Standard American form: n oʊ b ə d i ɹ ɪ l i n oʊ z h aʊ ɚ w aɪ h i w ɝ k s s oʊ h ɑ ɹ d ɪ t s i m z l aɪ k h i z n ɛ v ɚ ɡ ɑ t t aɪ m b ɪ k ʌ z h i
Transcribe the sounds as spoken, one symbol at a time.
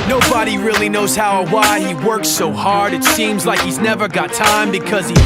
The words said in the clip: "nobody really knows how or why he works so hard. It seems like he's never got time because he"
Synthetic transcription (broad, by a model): n oʊ b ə d i ɹ ɪ l i n oʊ z h aʊ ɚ w aɪ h i w ɝ k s s oʊ h ɑ ɹ d ɪ t s i m z l aɪ k h i z n ɛ v ɚ ɡ ɑ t t aɪ m b ɪ k ʌ z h i